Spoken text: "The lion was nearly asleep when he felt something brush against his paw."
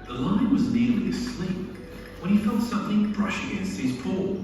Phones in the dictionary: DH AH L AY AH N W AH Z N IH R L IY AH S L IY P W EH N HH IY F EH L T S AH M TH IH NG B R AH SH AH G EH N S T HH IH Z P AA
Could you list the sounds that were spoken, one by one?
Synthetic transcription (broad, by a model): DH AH L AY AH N W AH Z N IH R L IY AH S L IY P W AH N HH IY F EH L T S AH M TH IH NG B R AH SH AH G EH N S T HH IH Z P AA